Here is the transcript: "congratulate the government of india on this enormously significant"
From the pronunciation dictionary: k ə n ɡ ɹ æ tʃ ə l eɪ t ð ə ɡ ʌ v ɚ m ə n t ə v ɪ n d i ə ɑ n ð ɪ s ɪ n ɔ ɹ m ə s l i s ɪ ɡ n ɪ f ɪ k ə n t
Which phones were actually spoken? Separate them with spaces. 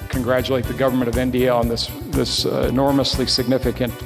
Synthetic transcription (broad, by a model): k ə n ɡ ɹ æ tʃ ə l eɪ t ð ə ɡ ʌ v ɚ m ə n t ə v ɪ n d i ə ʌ n ð ɪ s ɪ n ɔ ɹ m ə s l i s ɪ ɡ n ɪ f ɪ k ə n t